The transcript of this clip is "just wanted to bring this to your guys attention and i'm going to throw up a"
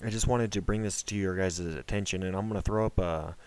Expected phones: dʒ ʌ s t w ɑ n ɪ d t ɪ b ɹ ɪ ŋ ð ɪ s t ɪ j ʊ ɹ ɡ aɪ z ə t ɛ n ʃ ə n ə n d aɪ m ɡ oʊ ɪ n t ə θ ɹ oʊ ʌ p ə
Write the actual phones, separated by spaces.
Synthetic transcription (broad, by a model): dʒ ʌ s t w ɑ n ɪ d t ɪ b ɹ ɪ ŋ ð ɪ s t ɪ j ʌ ɹ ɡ aɪ z ə t ɛ n ʃ ə n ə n aɪ m ɡ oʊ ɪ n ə θ ɹ oʊ ʌ p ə